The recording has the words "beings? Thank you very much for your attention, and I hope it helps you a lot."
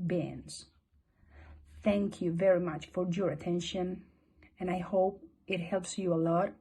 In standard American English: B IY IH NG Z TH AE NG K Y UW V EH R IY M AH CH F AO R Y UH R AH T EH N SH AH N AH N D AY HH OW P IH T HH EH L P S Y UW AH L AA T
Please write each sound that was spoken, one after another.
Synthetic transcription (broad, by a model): B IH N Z TH AE NG K Y UW V EH R IY M AH CH F AO R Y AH R AH T EH N SH AH N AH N AY HH OW P IH T HH EH L P S Y UW AH L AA T